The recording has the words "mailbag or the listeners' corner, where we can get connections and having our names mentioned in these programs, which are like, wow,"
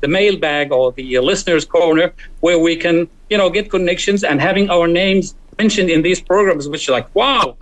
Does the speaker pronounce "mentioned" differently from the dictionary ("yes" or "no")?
no